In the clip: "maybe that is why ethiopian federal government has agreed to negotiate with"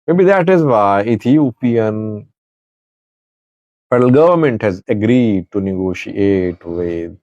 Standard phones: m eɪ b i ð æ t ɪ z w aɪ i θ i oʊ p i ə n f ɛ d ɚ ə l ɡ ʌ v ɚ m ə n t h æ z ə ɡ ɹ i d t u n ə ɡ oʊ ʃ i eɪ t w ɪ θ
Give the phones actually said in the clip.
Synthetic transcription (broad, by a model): m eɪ b i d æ t ɪ z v aɪ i t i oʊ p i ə n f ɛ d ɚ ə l ɡ ʌ v ɚ m ə n t h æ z ə ɡ ɹ i d t u n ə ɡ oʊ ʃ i eɪ t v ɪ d